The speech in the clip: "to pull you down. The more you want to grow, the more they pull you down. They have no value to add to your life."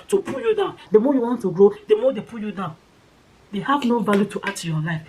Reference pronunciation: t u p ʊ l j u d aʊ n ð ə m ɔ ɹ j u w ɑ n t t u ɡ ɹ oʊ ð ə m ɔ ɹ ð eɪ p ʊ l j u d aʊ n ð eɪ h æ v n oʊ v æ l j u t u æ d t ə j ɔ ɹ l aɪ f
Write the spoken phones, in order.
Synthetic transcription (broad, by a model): t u p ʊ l j u d aʊ n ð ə m ɔ j u w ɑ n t t u ɡ ɹ oʊ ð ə m ɔ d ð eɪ p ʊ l j u d aʊ n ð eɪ h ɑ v n oʊ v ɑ l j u t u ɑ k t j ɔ l aɪ f